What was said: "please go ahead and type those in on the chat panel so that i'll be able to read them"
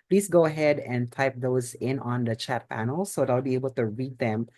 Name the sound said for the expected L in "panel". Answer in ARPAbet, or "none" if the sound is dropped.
L